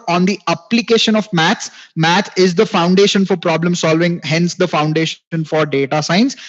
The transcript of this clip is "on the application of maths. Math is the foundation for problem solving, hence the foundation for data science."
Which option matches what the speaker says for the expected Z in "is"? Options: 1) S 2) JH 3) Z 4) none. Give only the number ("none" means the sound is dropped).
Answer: 3